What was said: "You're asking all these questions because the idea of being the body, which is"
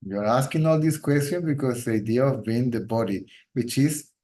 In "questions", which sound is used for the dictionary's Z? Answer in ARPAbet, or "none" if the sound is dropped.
none